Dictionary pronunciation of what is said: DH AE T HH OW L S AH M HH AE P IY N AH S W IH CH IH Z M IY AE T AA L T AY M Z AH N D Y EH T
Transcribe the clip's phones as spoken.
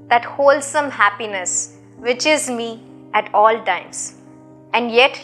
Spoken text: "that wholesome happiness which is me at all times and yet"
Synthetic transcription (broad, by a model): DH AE T HH OW L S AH M HH AE P IY N AH S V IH CH IH Z M IY AE T AA L T AY M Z AH N D Y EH T